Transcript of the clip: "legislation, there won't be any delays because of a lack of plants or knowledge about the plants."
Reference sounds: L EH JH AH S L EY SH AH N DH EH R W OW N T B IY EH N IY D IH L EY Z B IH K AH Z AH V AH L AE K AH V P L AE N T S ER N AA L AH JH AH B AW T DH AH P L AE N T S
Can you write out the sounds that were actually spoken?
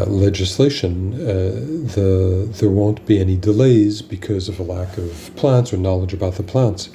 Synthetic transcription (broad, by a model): L EH JH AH S L EY SH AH N DH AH R W OW N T B IY EH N IY D IH L EY Z B IH K AH Z AH V AH L AE K AH V P L AE N T S ER N AA L AH JH AH B AW T DH AH P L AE N T S